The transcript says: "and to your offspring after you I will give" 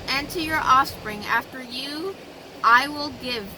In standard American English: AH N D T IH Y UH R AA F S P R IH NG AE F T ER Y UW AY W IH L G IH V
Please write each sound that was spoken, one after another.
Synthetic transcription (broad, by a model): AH N T IH Y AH R AA F S P R IH NG AE F T ER Y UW AY W IH L G IH V